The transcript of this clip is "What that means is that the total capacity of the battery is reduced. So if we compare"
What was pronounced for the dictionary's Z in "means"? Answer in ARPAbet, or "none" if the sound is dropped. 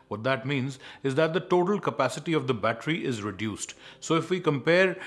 Z